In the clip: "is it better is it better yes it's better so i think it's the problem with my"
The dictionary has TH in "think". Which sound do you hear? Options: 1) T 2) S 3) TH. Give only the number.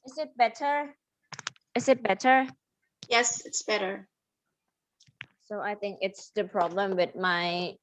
3